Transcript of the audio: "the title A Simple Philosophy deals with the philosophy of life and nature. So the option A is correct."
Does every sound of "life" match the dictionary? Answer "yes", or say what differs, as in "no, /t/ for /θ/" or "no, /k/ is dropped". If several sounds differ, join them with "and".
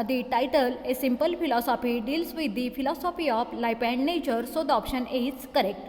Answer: no, /p/ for /f/